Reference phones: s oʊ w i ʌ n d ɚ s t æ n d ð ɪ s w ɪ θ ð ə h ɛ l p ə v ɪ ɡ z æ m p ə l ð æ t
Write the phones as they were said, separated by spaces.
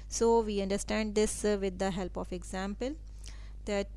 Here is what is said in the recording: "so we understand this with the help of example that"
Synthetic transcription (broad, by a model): s oʊ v i ʌ n d ɚ s t æ n d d ɪ s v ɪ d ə h ɛ l p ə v ɪ ɡ z æ m p ə l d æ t